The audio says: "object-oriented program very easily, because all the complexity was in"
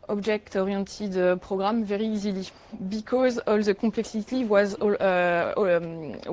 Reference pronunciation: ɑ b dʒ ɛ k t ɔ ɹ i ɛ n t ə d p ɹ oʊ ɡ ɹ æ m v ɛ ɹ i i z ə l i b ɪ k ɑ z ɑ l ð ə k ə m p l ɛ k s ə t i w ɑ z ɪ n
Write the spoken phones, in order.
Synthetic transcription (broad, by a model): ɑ b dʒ ɛ k t ɔ ɹ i t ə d p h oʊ ɡ ɹ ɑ m v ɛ ɹ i i z ə l i b ɪ k ɑ z ɑ l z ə k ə p l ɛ k s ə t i w ɑ z